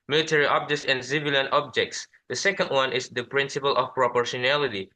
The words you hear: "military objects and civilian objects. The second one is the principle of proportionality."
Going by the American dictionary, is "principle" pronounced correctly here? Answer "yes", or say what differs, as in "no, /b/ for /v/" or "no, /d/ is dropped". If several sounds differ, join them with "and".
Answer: yes